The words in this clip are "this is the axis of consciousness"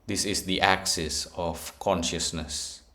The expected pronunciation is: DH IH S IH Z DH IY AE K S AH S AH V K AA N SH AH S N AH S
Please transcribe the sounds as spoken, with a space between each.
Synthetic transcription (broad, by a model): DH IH S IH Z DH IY AE K S AH S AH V K AA N SH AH S N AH S